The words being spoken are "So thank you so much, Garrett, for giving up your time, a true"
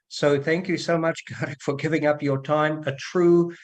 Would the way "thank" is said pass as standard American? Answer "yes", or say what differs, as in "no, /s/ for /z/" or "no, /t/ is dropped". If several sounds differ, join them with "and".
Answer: yes